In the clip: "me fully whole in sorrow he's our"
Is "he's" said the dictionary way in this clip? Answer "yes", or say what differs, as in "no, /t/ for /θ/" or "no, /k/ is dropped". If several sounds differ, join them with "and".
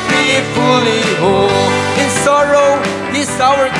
no, /s/ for /z/